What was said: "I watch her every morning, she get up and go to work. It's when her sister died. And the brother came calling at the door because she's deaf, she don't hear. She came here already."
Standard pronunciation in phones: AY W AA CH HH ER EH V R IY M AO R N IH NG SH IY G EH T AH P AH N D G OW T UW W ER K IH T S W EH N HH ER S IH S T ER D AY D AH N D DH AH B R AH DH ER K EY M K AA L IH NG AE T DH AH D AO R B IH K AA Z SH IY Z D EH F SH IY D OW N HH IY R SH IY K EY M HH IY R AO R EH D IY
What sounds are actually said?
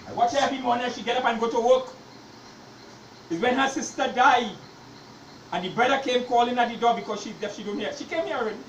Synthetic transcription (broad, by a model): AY W AA CH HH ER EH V IY M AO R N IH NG SH IY G EH T AH P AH N G OW T UW W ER K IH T W EH N HH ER S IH S T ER D AY D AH N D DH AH B R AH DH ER K EY M K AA L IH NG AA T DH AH D AO B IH K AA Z SH IY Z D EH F SH IY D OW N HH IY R SH IY K EY M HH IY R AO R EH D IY